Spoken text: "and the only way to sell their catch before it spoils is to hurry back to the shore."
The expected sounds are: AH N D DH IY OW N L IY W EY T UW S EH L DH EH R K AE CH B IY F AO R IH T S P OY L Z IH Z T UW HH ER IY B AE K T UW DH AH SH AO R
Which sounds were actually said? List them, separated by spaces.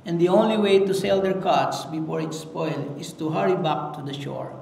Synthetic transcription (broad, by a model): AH N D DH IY OW N L IY W EY T UW S EH L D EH R K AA S B IY F AO R IH T S P OY L IH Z T UW HH ER IY B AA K T UW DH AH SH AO R